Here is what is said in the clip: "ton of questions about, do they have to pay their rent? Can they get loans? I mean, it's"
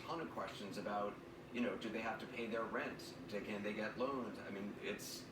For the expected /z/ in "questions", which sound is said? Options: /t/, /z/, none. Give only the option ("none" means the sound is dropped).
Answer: /z/